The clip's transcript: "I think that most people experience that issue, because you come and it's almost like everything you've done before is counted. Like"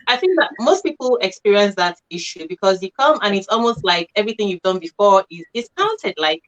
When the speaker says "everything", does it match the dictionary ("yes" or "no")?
yes